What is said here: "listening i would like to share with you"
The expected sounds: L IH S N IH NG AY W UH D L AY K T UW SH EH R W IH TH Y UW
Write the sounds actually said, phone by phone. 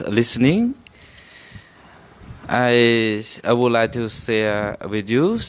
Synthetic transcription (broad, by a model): L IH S N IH NG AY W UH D L AY K T UW S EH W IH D Y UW